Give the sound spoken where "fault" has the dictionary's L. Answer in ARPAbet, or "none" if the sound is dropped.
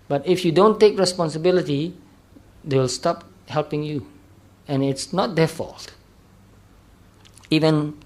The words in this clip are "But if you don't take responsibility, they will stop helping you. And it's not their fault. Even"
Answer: L